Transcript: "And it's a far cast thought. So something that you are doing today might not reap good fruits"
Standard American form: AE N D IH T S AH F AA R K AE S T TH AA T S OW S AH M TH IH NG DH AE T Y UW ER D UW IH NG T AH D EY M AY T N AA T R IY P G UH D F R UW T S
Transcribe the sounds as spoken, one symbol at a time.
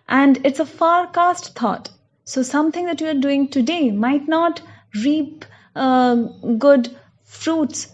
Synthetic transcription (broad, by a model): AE N D IH T S AH F AA R K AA S T T AA T S OW S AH M T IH NG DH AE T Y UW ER D UW IH NG T AH D EY M AY T N AA T R IY P G UH D F R UW T S